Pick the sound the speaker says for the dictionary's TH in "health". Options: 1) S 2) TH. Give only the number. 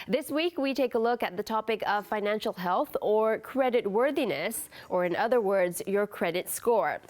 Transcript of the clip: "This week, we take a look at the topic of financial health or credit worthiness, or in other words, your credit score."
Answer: 2